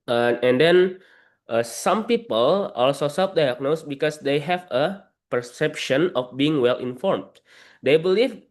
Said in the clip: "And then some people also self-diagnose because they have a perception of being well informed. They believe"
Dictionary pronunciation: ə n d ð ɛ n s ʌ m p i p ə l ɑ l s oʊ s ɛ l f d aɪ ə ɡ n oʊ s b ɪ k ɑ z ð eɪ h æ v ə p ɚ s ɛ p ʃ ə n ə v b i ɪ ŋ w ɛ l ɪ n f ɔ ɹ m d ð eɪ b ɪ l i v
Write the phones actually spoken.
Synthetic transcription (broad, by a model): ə n d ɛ n s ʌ m p i p ə l ɑ l s oʊ s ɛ f d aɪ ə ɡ n oʊ s b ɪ k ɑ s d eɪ h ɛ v ə p ɚ s ɛ p ʃ ə n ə f b i ɪ ŋ w ɛ l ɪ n f ɔ ɹ m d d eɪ b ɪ l i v